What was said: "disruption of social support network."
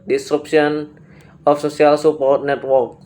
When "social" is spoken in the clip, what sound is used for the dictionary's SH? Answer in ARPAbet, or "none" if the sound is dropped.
S